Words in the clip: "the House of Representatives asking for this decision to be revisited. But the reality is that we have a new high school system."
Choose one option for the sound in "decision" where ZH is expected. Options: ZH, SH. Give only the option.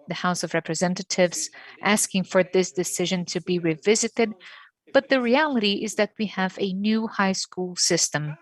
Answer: ZH